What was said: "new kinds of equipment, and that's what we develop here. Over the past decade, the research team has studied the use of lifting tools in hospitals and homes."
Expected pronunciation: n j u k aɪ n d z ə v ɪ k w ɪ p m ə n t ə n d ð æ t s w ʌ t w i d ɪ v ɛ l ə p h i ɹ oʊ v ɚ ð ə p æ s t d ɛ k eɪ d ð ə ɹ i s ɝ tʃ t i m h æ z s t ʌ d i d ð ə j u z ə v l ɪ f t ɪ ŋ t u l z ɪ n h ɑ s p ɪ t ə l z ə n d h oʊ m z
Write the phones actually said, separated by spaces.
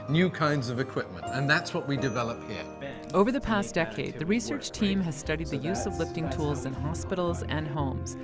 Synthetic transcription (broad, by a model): n j u k aɪ n d z ə v ɪ k w ɪ p m ə n t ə n ð æ t s w ʌ t w i d ɪ v ɛ l ə p h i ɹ oʊ v ɚ ð ə p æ s d ɛ k eɪ d ð ə ɹ i s ɝ tʃ t i m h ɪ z s t ʌ d i d ð ə j u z ə v l ɪ f t ɪ ŋ t u l z ɪ n h ɑ s p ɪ t l z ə n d h oʊ m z